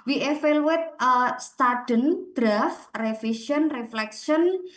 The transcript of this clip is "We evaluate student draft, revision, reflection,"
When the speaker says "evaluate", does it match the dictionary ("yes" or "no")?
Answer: no